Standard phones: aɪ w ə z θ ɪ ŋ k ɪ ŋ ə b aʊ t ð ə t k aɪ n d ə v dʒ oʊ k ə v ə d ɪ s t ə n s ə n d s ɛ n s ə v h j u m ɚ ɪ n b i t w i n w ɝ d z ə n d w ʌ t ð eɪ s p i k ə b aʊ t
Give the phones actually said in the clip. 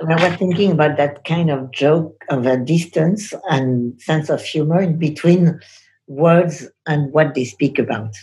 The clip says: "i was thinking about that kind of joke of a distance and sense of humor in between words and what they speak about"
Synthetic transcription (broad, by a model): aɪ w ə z θ ɪ ŋ k ɪ ŋ ə b aʊ t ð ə t k aɪ n d ə v dʒ oʊ k ə v ə d ɪ s t ə n s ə n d s ɛ n s ə v h j u m ɚ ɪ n b i t w i n w ɝ d z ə n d w ʌ t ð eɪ s p i k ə b aʊ t